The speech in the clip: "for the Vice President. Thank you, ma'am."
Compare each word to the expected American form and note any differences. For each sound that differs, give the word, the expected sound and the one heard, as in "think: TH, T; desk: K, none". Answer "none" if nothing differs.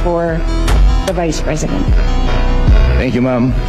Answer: none